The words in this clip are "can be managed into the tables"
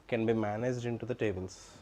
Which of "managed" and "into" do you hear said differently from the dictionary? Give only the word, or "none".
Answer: none